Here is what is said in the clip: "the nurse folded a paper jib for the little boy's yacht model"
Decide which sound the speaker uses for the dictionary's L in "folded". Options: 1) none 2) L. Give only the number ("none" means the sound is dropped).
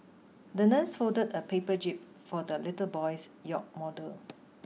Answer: 1